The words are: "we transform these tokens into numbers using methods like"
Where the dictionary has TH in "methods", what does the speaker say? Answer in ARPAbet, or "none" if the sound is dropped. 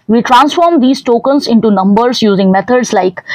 T